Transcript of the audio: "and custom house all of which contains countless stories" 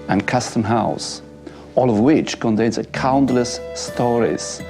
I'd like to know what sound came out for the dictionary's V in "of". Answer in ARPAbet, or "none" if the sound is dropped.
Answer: V